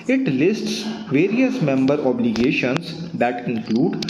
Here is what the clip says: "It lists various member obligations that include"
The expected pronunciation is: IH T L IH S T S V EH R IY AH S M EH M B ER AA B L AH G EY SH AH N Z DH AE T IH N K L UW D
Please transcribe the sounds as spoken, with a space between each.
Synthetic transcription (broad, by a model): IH T L IH S T S V EH R IY AH S M EH M B ER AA B L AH G EY SH AH N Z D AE T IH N K L UW D